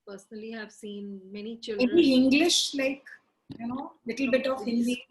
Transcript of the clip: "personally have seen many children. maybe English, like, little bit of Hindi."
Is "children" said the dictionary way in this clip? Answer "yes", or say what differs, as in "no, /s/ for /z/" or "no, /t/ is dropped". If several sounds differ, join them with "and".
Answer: no, /ɹ/ is dropped